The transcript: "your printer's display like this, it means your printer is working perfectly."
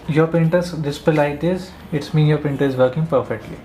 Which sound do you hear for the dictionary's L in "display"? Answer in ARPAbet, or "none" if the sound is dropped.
none